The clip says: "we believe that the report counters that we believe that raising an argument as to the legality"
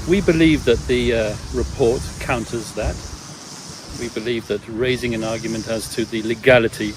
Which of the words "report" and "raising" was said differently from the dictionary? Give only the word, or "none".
none